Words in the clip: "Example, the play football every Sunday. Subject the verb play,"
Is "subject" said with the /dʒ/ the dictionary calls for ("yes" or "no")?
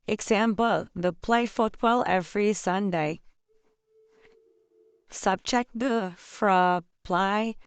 no